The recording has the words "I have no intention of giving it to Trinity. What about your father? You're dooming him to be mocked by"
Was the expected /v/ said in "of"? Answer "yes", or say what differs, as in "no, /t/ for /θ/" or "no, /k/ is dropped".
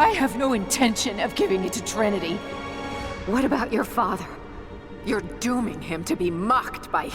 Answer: yes